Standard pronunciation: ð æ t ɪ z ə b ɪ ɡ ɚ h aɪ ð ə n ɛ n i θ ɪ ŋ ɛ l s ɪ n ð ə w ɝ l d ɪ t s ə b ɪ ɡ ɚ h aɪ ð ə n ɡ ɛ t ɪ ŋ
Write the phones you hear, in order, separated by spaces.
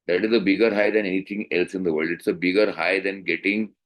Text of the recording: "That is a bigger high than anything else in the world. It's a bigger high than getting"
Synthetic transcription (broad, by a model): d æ t ɪ z ə b ɪ ɡ ɚ h aɪ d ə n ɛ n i t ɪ ŋ ɛ l s ɪ n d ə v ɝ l d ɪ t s ə b ɪ ɡ ɚ h aɪ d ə n ɡ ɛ t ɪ ŋ